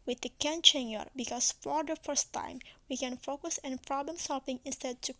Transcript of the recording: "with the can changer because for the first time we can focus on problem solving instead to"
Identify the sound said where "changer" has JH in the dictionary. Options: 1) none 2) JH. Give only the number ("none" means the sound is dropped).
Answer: 1